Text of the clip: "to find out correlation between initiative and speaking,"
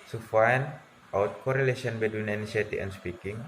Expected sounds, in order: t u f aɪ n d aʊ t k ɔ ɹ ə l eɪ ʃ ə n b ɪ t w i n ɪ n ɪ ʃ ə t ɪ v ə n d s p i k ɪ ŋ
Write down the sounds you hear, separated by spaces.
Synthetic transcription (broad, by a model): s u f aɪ n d aʊ t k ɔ ɹ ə l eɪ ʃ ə n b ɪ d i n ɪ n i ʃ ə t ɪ ə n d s p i k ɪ ŋ